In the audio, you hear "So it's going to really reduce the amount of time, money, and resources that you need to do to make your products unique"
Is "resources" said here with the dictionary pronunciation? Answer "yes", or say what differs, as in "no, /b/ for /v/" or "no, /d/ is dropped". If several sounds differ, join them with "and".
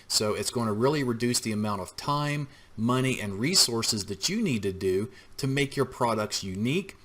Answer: yes